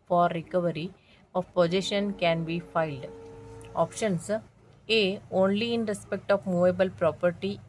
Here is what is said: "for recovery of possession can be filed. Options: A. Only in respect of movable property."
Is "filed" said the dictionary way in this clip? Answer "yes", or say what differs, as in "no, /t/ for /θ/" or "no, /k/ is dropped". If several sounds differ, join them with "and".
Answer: yes